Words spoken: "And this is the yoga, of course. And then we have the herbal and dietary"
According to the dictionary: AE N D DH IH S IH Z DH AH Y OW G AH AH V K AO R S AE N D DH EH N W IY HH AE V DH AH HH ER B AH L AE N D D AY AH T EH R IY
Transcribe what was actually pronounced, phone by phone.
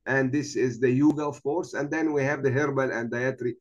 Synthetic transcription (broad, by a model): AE N D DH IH S IH Z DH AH Y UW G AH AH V K AO R S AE N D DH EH N W IY HH AE V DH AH HH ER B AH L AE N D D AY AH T R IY